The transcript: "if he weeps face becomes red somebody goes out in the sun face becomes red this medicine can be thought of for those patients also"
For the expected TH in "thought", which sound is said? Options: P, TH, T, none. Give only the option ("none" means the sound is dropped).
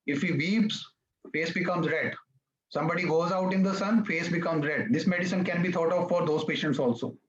T